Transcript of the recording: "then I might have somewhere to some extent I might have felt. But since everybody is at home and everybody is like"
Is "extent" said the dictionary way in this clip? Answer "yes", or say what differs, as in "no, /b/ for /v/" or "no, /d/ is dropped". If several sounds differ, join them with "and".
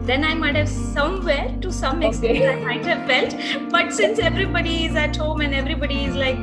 no, /n/ is dropped